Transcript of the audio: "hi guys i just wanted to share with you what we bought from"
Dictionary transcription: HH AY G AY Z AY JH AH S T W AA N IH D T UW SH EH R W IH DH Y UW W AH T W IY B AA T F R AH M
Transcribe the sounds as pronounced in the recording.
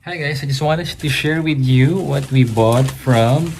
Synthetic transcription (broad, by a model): HH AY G AY S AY JH AH S T W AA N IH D T UW SH EH R W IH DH Y UW W AH T W IY B AA T F R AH M